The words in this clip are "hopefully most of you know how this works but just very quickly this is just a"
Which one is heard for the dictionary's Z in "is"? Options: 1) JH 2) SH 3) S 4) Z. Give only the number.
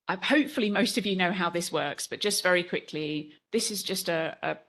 4